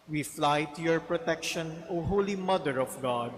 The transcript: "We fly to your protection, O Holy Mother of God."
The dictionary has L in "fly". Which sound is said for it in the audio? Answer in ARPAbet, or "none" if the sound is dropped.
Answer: L